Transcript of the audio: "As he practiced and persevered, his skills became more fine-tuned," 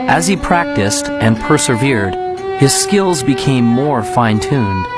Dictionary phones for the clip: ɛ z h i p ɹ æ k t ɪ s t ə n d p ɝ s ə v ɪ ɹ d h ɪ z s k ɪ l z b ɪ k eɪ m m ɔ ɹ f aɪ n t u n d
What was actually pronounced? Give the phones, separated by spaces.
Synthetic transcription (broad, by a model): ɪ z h i p ɹ æ k t ɪ s t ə n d p ɝ s ə v ɪ ɹ d h ɪ z s k ɪ l z b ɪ k eɪ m m ɔ ɹ f aɪ n t u n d